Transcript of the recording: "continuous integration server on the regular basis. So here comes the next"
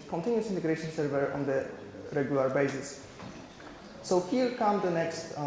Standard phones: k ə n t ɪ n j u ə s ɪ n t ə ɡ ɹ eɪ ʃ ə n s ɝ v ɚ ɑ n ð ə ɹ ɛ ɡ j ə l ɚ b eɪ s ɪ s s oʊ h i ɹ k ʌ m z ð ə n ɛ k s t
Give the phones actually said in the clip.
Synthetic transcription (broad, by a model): k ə n t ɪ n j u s ɪ n t ə ɡ ɹ eɪ ʃ ə n s ɝ v ɚ ɑ n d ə ɹ ɛ ɡ j ə l ɚ b eɪ s ɪ s s oʊ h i l k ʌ m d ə n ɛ k s t